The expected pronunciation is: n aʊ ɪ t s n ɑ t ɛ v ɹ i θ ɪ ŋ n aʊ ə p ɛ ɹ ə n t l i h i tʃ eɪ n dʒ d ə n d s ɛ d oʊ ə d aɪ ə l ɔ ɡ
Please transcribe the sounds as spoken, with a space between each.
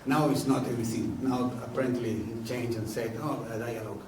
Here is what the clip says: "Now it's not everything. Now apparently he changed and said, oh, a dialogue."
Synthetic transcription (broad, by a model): n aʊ ɪ t s n ɑ t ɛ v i s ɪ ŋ n aʊ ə p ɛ ɹ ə n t l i i tʃ eɪ n dʒ ə n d s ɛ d oʊ ə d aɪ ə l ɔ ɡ